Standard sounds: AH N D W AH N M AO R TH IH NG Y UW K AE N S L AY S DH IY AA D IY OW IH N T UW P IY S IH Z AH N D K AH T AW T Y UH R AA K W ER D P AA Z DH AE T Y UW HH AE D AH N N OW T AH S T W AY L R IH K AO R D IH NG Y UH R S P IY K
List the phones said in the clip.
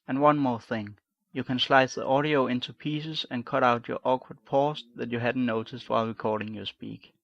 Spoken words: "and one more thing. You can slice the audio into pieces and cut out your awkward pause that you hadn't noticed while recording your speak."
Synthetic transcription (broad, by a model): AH N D W AH N M AO R TH IH NG Y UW K AE N S L AY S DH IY AA D IY OW IH N T UW P IY S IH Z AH N K AH T AW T Y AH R AA K W ER D P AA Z DH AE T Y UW HH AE D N N OW T AH S T W AY L R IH K AO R D IH NG Y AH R S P IY K